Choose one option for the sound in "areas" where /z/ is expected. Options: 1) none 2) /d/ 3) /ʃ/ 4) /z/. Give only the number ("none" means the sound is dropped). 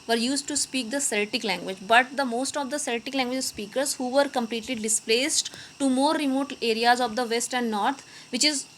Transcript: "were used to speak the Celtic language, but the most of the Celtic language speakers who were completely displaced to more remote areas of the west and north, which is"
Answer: 4